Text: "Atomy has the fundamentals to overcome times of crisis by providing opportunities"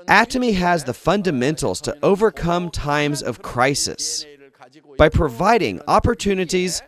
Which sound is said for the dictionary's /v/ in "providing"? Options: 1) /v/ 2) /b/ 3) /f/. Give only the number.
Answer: 1